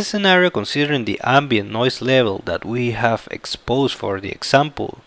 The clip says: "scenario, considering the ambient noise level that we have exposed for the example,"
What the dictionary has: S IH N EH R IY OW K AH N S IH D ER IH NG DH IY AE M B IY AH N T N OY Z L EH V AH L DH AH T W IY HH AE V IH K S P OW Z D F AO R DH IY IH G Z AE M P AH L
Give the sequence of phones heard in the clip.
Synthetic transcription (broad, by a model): S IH N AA R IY OW K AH N S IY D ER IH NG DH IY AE M B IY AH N N OY S L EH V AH L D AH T W IY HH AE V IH K S P OW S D F AO R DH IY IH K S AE M P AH L